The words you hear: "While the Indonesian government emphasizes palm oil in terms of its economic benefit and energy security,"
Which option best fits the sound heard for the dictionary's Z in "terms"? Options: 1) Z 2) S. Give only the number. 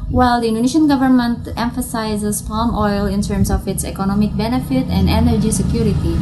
2